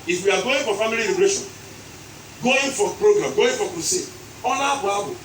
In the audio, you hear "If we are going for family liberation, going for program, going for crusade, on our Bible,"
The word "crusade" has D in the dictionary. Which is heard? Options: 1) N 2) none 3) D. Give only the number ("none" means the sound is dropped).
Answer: 2